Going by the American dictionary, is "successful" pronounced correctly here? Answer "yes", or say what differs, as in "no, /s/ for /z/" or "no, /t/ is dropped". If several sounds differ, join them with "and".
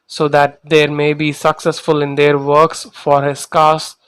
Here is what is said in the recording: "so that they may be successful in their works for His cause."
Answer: yes